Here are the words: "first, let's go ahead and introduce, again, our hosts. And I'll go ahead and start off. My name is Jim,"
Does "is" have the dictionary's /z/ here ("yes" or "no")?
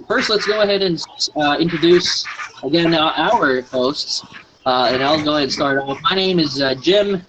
yes